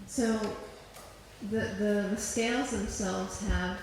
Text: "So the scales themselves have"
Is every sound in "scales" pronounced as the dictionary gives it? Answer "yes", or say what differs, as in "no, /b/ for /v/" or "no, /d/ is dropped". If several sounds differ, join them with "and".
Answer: yes